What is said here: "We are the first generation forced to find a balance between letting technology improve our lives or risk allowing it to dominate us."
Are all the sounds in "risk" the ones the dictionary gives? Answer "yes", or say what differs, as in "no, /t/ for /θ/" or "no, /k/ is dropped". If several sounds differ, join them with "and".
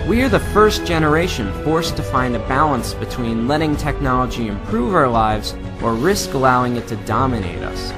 yes